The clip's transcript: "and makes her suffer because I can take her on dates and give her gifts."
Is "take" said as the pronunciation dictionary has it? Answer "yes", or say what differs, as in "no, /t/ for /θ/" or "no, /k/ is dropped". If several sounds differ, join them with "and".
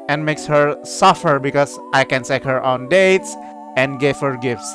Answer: no, /s/ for /t/